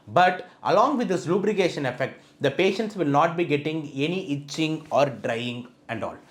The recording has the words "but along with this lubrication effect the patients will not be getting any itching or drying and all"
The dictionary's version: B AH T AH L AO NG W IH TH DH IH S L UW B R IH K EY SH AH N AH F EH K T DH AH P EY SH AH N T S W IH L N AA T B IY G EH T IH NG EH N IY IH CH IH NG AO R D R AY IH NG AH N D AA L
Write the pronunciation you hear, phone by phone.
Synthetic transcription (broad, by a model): B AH T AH L AO NG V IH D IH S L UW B R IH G EY SH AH N AH F EH K T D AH P EY SH AH N T S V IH L N AA T B IY G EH T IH NG EH N IY IH CH IH NG AO R D R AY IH NG AH N D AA L